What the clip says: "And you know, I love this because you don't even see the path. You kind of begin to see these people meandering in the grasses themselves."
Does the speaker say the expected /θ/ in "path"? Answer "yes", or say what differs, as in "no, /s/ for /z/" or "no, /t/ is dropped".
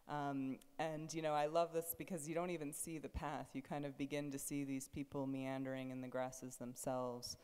yes